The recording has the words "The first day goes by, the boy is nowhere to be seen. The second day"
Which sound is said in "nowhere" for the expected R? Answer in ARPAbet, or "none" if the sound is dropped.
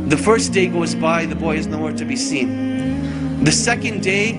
R